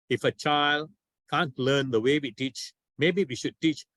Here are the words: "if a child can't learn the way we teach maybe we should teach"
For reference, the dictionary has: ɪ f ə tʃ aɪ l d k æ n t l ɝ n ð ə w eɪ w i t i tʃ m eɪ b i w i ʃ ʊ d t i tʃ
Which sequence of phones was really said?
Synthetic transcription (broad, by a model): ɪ f ə tʃ aɪ l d k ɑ n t l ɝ n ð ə w eɪ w i t i tʃ m eɪ b i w i ʃ ʊ d t i tʃ